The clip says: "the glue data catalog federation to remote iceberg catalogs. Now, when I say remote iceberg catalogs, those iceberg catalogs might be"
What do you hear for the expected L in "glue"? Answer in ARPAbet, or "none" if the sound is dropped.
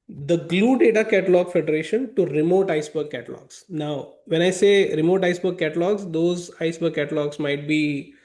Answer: L